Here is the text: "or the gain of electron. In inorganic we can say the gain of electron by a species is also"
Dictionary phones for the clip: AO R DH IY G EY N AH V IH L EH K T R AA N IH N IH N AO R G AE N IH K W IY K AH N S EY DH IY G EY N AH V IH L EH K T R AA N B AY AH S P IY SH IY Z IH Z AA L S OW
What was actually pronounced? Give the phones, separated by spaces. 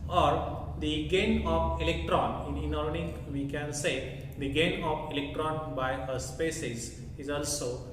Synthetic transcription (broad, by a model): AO R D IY G EY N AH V IH L EH K T R AA N IH N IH N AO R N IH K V IY K AH N S EY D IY G EY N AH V IH L EH K T R AA N B AY AH S P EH S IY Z IH Z AA L S OW